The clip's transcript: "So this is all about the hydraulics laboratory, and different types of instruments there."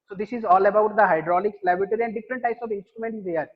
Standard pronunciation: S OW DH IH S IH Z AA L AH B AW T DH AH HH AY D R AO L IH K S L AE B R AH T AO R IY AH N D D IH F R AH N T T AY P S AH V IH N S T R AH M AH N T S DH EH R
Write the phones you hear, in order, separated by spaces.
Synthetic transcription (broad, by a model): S OW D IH S IH Z AA L AH B AW T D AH HH AY D R AO L IH K S L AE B R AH T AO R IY AH N D D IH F R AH N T T AY P S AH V IH N S T R AH M AH N T S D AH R